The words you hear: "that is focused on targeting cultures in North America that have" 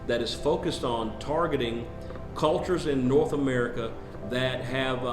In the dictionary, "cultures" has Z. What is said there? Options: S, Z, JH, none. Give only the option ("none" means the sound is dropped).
Z